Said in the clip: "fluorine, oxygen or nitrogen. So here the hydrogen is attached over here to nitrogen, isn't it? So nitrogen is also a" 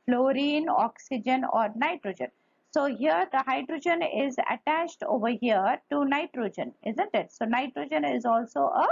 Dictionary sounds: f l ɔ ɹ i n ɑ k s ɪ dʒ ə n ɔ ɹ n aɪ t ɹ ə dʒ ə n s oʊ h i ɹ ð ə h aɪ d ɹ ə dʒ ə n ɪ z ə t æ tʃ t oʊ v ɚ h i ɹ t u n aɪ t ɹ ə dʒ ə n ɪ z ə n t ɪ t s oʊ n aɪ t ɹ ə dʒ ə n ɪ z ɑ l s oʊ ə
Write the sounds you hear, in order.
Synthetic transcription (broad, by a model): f l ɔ ɹ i n ɑ k s ɪ dʒ ə n ɔ ɹ n aɪ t ɹ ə dʒ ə n s oʊ h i ɹ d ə h aɪ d ɹ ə dʒ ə n ɪ z ə t æ tʃ t oʊ v ɚ h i ɹ t u n aɪ t ɹ ə dʒ ə n ɪ z ə n t ɪ t s oʊ n aɪ t ɹ ə dʒ ə n ɪ z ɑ l s oʊ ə